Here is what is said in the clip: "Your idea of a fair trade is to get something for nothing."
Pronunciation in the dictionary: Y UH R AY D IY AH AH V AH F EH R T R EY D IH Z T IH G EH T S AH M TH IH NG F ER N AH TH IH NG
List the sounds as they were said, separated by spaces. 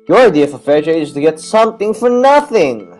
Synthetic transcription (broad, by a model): Y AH R AY D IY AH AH F AH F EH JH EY IH Z T IH G EH T S AH M TH IH NG F ER N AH TH IH NG